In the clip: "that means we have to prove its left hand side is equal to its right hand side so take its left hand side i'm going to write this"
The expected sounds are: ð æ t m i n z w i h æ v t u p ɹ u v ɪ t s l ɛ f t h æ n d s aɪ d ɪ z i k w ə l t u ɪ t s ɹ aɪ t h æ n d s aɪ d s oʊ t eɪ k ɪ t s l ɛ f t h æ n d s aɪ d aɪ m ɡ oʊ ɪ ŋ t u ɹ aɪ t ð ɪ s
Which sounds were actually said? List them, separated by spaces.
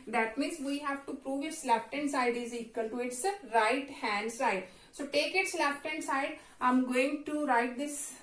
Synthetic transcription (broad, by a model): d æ t m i n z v i h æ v t u p ɹ u v ɪ t s l ɛ f t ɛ n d s aɪ d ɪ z i k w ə l t u ɪ t s ɹ aɪ t h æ n d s aɪ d s oʊ t eɪ k ɪ t s l ɛ f t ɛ n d s aɪ d aɪ m ɡ oʊ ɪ ŋ t u ɹ aɪ t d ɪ s